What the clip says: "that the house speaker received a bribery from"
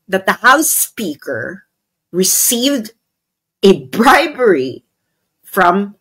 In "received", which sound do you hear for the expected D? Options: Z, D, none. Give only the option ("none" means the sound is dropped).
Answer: D